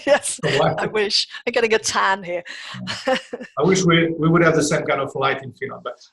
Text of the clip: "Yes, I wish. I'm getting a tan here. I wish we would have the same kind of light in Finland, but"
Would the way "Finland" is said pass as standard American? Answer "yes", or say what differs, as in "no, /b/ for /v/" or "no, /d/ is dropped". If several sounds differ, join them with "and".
no, /l/ is dropped